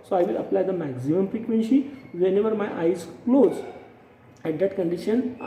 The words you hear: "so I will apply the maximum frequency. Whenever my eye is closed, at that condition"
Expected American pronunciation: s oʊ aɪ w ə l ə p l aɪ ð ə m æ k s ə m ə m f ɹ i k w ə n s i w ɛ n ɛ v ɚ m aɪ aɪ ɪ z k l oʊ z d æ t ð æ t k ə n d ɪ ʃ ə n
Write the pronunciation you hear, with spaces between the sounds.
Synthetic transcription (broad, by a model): s oʊ aɪ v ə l ə p l aɪ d ə m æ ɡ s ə m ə m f ɹ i k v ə n s i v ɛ n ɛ v ɚ m aɪ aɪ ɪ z k l oʊ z æ t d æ t k ə n d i ʃ ə n